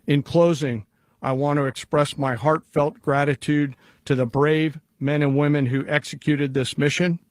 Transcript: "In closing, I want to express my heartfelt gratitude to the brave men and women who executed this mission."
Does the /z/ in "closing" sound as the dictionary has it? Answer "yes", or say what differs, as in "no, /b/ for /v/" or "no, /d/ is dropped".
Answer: yes